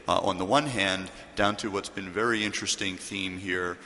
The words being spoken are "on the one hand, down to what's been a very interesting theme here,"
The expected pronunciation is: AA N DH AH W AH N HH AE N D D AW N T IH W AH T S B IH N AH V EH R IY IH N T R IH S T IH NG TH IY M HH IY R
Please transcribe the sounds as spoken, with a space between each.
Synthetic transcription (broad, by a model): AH N DH AH W AH N HH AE N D D AW N T IH W AH T S B IH N V EH R IY IH N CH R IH S T IH NG TH IY M HH IY R